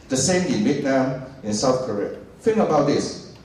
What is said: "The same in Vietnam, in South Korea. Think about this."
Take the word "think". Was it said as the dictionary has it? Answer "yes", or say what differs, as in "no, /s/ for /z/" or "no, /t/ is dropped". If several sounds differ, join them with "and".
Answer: no, /k/ is dropped